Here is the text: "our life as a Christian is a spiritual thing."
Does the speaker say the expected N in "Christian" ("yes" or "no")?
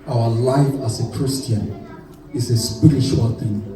yes